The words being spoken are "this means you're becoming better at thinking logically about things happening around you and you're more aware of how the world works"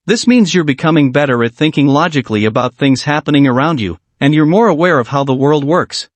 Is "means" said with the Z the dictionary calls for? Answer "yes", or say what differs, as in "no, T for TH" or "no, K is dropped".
yes